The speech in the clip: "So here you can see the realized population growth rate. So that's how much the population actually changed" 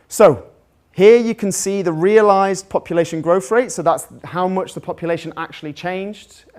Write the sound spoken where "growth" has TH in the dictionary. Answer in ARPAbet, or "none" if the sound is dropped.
F